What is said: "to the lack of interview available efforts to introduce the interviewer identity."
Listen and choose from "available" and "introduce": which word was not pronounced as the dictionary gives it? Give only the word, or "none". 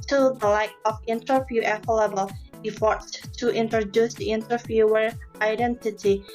available